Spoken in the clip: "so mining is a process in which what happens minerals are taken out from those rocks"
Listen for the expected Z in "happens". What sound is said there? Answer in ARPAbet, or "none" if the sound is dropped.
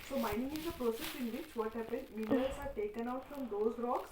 none